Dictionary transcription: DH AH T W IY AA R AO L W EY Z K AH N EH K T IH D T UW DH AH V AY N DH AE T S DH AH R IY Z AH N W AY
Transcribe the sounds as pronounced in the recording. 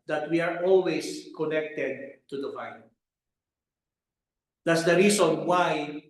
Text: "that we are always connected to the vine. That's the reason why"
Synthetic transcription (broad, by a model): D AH T W IY AA R AO L W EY S K AH N EH K T IH D T UW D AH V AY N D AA T S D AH R IY S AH N W AY